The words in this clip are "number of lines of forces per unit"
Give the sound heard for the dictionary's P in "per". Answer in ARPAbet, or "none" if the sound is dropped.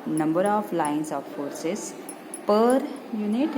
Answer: P